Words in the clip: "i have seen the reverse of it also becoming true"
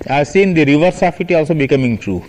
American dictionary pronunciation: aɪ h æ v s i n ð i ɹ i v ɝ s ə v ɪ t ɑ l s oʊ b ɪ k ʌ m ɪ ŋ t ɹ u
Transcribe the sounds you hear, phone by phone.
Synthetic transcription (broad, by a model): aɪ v s i n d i ɹ i v ɝ s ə f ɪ t ɑ l s oʊ b ɪ k ʌ m ɪ ŋ t ɹ u